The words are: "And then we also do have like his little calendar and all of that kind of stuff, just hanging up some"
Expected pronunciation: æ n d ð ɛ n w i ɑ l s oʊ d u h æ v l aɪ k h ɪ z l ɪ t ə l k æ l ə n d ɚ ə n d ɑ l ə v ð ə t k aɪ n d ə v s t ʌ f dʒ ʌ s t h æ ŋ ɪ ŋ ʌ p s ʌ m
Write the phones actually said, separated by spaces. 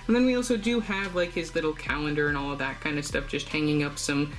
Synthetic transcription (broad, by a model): n ð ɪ n w i ɑ l s oʊ d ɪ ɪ v l aɪ k h ɪ z l ɪ t l k æ l ə n d ɚ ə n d ɑ l ə v ð ə t k aɪ n d ə v s t ʌ f dʒ ʌ s t h æ ŋ ɪ ŋ ʌ p s ʌ m